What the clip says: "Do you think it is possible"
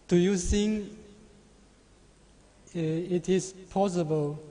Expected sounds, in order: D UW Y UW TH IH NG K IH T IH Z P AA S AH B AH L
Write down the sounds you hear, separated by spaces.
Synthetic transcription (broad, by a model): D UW Y UW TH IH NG IH T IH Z P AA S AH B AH L